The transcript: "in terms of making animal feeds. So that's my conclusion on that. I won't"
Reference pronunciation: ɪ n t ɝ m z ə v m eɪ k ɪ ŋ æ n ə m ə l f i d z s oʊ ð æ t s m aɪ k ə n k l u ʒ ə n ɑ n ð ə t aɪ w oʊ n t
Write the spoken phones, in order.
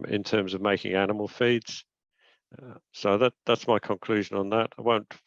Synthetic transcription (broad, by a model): ɪ n t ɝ m z ə v m eɪ k ɪ ŋ æ n ə m ə l f i d z s oʊ ð æ t s m aɪ k ə n k l u ʒ ə n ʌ n ð ə t aɪ w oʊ n t